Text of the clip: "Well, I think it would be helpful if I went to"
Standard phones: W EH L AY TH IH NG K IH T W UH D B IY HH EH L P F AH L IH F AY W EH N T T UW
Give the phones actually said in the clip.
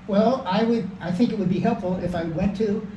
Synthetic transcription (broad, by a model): W EH L AY TH IH NG K IH T W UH D B IY HH EH L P F L IH F AY W EH N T T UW